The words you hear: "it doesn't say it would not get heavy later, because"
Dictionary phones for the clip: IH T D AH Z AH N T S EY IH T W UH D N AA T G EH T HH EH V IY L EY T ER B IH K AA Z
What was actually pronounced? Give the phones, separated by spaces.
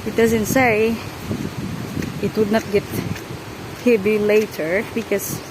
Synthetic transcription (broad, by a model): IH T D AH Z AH N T S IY IH T W UH D N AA T G EH T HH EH B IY L EY T ER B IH K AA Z